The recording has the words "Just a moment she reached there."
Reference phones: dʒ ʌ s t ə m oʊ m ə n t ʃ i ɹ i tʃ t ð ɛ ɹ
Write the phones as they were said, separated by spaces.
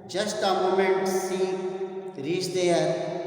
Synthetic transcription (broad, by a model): dʒ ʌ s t ə m oʊ m ə n t s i ɹ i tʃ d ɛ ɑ